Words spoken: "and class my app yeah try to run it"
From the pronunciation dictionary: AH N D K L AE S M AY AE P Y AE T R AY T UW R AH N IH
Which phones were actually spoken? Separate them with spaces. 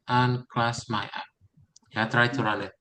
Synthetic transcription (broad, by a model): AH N K L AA S M AY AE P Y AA T R AY T UW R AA L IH